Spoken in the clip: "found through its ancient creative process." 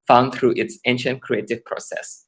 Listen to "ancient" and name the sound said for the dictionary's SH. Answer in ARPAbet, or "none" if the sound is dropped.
SH